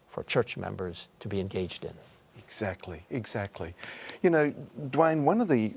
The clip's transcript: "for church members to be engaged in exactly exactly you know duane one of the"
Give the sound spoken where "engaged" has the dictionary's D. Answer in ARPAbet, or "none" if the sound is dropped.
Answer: D